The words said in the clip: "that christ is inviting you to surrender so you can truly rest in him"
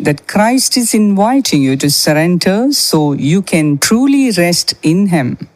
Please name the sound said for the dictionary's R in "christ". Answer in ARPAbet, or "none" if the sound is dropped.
R